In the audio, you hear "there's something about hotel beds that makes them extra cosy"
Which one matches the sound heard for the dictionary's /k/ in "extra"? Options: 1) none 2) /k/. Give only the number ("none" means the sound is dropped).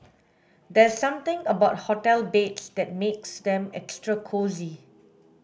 2